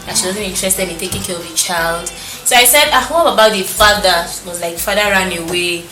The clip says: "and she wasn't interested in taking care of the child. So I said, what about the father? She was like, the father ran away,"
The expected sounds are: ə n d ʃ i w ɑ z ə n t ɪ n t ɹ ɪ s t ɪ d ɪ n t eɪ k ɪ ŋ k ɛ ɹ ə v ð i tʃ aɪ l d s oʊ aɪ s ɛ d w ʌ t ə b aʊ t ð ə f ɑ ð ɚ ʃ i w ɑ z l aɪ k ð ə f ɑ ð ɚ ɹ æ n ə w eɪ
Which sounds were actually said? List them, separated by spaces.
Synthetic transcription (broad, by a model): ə ʃ i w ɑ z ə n ɪ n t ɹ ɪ s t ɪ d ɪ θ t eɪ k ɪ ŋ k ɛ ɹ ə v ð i tʃ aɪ l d s oʊ aɪ s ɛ d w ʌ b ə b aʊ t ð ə f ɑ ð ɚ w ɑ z l aɪ k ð f ɑ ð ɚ ɹ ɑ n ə w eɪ